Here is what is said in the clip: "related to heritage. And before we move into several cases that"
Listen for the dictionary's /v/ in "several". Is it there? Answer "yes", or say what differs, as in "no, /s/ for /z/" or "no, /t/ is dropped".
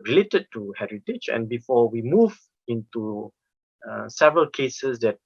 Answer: yes